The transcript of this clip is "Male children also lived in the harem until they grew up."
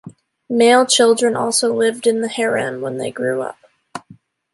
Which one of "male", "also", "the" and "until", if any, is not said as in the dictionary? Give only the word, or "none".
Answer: until